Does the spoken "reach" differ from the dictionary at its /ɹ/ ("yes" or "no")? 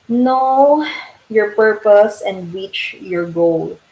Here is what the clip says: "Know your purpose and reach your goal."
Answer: yes